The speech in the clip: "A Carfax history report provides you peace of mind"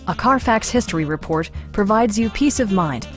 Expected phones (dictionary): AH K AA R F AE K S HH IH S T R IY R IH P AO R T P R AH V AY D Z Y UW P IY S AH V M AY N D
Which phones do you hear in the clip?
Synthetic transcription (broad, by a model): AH K AA R F AE K S HH IH S T R IY R IH P AO R T P R AH V AY D Z Y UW P IY S AH V M AY N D